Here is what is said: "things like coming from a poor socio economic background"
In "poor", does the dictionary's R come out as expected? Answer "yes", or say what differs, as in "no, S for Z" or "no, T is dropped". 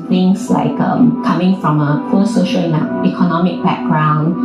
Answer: no, L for R